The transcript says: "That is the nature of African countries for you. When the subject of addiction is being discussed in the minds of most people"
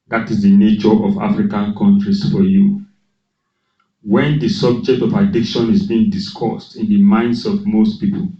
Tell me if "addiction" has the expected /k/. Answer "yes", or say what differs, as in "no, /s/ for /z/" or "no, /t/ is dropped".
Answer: yes